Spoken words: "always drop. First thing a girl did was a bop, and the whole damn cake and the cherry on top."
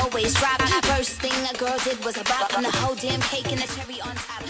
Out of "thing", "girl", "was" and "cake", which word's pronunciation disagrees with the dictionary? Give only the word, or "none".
none